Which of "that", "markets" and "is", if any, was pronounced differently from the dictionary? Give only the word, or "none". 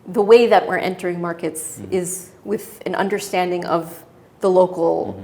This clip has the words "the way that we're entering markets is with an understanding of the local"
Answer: none